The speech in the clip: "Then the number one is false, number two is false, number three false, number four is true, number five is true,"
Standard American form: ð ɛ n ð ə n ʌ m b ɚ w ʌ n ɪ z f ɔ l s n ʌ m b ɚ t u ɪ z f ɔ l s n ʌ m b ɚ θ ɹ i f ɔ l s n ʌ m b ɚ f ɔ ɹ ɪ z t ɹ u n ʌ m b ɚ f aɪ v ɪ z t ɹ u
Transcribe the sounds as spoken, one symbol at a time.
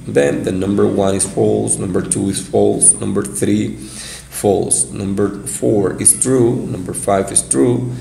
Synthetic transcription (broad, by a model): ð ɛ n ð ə n ʌ m b ɚ w ʌ n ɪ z f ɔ l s n ʌ m b ɚ t u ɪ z f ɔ l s n ʌ m b ɚ θ ɹ i f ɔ l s n ʌ m b ɚ f ɔ ɹ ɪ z t ɹ u n ʌ m b ɚ f aɪ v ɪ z t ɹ u